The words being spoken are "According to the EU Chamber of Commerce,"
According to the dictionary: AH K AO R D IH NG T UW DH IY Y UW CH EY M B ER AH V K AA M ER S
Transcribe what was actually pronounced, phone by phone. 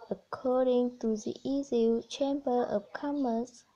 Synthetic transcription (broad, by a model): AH K AO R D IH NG T UW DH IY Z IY CH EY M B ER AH P K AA M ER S